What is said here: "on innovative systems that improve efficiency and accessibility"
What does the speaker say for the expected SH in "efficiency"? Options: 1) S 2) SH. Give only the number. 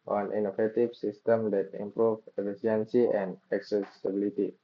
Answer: 1